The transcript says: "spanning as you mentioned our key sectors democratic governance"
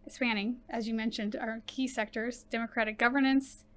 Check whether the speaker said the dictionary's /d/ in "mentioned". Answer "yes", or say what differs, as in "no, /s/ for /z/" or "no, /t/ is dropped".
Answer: yes